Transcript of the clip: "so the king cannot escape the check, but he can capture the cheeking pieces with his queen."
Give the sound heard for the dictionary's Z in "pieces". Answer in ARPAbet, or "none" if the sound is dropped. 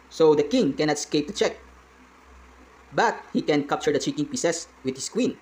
S